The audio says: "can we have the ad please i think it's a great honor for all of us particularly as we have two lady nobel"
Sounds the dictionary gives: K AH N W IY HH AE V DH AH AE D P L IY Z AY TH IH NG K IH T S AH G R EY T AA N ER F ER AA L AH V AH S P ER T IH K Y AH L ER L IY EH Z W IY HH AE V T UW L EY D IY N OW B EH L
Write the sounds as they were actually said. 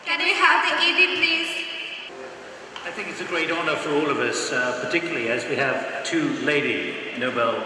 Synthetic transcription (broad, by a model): K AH N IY HH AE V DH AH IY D P L IY Z AY TH IH NG K IH T S AH G R EY T AA N ER F ER AA L AH V AH S P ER T IH K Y L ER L IY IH Z W IY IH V T UW L EY D IY N OW B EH L